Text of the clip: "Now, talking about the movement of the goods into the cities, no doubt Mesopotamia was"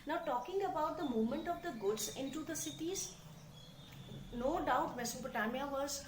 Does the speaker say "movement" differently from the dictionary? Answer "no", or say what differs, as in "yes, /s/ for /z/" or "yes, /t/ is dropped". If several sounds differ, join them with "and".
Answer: yes, /v/ is dropped